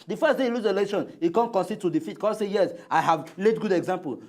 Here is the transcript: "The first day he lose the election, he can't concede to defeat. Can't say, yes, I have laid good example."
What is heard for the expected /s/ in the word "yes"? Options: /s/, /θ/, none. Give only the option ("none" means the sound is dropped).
/s/